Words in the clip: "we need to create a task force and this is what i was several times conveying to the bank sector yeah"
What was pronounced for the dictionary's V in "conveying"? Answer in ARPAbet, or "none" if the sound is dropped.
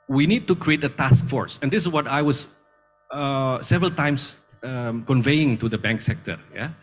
V